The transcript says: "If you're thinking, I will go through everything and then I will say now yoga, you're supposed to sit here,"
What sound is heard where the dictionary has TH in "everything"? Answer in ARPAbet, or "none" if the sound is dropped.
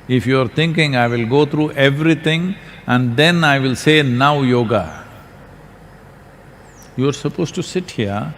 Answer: T